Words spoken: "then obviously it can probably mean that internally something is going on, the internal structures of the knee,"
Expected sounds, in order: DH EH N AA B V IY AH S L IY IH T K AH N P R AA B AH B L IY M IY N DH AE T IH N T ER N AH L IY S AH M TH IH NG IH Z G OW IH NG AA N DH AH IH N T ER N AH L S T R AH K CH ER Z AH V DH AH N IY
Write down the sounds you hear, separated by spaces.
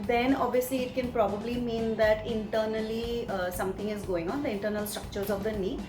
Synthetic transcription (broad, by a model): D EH N AA B V IY AH S L IY IH T K AH N P R AA B AH B L IY M IY N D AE T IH N T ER N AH L IY S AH M T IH NG IH Z G OW IH NG AA N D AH IH N T ER N AH L S T R AH K CH ER Z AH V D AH N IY